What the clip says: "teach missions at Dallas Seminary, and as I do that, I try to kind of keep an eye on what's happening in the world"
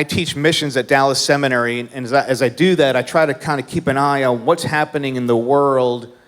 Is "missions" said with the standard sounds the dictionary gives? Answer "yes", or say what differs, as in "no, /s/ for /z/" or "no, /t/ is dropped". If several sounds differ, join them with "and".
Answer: yes